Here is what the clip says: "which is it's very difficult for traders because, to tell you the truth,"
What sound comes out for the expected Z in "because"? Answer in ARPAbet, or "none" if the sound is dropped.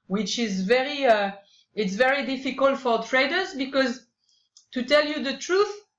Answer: Z